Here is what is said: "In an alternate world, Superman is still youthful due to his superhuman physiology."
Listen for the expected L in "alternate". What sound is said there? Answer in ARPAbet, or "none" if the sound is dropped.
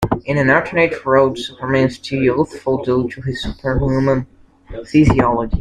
none